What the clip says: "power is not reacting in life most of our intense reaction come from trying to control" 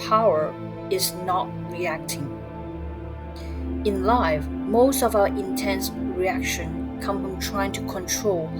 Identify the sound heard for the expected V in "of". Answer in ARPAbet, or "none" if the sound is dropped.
V